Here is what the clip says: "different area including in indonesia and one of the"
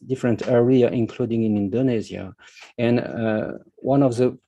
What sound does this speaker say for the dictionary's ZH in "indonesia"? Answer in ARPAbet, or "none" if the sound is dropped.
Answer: Z